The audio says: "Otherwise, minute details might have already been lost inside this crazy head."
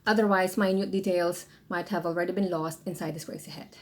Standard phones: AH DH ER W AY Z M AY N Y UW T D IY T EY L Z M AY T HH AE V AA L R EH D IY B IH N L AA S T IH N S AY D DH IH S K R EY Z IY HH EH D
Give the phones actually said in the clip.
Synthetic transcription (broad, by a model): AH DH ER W AY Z M AY N Y UW T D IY T EY L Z M AY T HH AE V AA L R EH D IY B IH N L AA S T IH N S AY D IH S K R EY S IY HH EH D